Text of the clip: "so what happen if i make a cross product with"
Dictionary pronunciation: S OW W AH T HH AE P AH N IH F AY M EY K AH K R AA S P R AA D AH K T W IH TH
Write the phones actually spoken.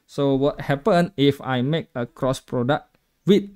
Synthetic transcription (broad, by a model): S OW W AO T HH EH P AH N IH F AY M EY K AH K R AA S P R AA D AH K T W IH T